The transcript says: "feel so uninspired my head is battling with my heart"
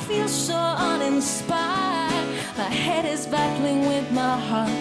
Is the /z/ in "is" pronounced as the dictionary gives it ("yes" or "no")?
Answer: yes